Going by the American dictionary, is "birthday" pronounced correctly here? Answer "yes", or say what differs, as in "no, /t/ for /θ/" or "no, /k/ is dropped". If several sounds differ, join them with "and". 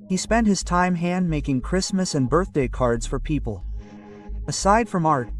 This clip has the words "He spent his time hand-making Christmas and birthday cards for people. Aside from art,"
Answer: yes